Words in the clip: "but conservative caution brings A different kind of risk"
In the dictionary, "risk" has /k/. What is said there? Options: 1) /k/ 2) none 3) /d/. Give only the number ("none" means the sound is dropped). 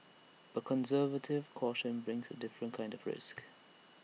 1